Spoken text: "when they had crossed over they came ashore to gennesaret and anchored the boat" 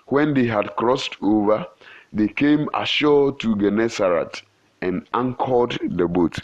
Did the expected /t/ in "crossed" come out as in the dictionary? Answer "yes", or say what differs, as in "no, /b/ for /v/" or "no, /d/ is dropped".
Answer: yes